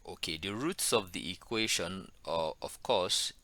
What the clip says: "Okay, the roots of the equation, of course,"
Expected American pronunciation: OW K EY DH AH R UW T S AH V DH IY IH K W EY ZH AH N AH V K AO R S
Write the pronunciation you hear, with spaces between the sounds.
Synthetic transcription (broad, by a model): OW K EY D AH R UW T S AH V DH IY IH K W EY SH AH N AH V K AO S